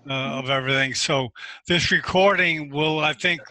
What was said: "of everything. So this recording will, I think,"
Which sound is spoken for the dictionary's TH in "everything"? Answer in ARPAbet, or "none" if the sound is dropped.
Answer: TH